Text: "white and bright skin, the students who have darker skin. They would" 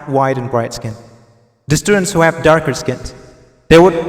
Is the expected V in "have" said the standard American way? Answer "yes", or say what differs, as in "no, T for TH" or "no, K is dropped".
no, P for V